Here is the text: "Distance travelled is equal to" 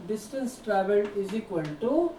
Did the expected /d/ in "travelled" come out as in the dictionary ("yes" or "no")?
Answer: no